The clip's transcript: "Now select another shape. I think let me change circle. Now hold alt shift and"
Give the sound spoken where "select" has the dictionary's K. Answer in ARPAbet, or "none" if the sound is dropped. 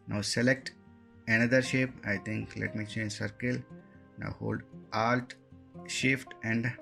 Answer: K